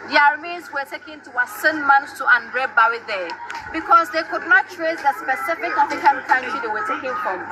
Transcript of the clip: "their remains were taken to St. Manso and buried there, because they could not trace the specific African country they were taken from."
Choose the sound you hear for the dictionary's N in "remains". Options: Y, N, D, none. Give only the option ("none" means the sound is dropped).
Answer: none